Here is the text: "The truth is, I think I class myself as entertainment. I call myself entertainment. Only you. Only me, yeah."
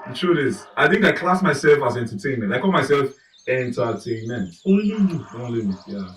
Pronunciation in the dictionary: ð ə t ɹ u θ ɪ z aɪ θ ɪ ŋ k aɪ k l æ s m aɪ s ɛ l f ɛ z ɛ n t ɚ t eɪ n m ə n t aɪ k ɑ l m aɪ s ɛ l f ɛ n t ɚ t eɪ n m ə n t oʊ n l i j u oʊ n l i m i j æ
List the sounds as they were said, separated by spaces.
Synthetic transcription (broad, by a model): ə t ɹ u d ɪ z aɪ θ ɪ ŋ k aɪ k l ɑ s m aɪ s ɛ l f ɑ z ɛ n t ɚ t eɪ n m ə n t aɪ k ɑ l m aɪ s ɛ l f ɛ n t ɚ t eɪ n m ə n t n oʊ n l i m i j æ